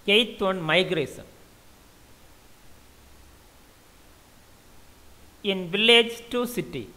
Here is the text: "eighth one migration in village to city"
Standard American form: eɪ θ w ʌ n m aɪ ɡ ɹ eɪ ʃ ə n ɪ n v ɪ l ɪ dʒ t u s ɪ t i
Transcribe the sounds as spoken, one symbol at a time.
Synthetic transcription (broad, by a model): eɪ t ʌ n m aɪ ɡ ɹ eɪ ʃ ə n ɪ n v ɪ l ɪ dʒ t u s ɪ t i